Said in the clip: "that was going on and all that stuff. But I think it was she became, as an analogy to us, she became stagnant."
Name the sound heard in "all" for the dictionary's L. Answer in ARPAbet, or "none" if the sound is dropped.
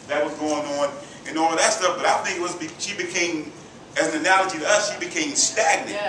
W